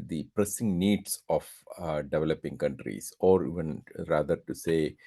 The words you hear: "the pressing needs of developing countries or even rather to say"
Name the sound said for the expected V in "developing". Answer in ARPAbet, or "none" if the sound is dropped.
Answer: V